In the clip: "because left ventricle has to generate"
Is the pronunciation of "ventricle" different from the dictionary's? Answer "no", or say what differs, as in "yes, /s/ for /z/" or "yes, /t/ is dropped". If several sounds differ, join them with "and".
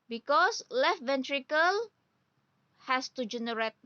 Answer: no